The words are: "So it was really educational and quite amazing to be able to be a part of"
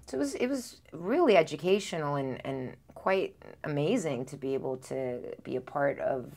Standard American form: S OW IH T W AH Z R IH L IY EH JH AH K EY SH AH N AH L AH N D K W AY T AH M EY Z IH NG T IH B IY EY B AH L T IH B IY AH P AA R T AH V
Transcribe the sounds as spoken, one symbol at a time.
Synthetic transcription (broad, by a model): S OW IH T W AH Z R IH L IY EH JH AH K EY SH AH N L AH N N K W AY T AH M EY Z IH NG T IH B IY EY B L T IH B IY AH P AA R T AH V